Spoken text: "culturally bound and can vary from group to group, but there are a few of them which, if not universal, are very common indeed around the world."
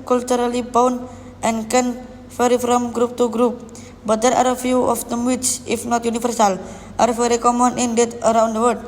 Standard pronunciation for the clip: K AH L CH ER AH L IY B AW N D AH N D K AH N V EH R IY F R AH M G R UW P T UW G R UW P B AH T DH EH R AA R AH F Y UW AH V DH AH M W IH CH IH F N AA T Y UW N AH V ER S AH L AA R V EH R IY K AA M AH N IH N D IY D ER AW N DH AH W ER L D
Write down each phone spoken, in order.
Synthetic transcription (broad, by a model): K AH L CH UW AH L IY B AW N AH N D K AH N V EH R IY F R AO M G R UW P T UW G R UW P B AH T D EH R AA R AH F Y UW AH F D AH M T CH IH F N AA T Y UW N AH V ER S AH L AA R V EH R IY K AA M AH N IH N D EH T ER AW N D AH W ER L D